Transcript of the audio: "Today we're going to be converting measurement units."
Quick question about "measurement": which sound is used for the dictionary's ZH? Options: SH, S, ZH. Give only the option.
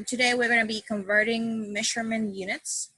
SH